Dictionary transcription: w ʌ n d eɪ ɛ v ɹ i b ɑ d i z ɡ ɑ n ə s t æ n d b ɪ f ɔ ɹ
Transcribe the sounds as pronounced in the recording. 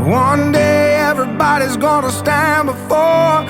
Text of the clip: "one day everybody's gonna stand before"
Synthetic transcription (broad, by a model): w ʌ n d eɪ ɛ v ɹ i b ɑ d i z ɡ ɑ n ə s t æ n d b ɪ f ɔ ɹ